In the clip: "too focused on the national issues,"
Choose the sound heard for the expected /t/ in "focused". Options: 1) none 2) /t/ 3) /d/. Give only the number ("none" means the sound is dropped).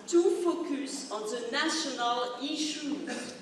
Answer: 1